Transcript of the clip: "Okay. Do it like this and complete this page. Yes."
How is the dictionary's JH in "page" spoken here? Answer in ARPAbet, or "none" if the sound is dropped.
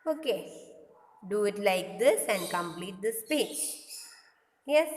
CH